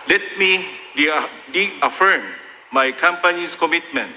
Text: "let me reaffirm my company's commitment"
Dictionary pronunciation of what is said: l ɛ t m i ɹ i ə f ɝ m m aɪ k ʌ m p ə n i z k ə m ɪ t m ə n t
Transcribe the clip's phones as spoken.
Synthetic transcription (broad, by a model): l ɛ t m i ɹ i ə f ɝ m m aɪ k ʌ m p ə n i s k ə m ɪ t m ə n t